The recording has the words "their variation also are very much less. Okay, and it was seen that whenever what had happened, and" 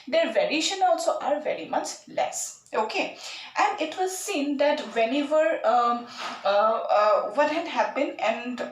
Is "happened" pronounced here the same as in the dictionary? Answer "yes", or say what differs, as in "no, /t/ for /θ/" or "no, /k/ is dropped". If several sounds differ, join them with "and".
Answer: no, /d/ is dropped